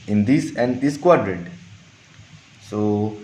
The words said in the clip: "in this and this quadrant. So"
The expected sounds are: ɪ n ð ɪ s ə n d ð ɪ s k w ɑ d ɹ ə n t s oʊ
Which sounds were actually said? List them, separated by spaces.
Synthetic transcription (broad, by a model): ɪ n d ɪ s ə n d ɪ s k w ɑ d ɹ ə t s oʊ